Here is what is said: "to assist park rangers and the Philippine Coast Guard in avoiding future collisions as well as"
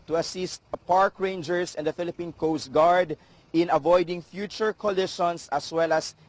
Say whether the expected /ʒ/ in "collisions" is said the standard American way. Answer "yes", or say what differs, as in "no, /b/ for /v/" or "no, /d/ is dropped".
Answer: no, /ʃ/ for /ʒ/